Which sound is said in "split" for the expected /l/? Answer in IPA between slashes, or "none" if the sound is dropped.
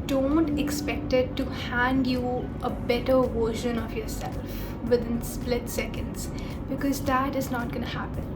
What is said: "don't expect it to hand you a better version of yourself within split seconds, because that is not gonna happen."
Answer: /l/